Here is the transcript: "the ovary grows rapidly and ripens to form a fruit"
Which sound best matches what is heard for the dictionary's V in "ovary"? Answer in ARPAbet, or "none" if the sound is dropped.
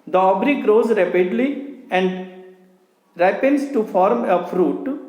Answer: B